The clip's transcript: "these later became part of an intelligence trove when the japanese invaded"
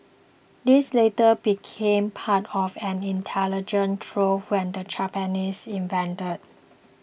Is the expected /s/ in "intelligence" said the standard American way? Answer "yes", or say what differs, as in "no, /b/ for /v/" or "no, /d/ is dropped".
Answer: no, /s/ is dropped